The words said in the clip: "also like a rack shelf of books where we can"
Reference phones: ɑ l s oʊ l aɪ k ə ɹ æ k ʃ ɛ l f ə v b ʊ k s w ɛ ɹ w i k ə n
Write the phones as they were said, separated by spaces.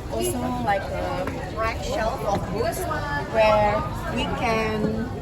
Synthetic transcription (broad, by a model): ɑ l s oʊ l aɪ k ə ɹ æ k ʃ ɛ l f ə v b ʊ s w ɛ ɹ w i k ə n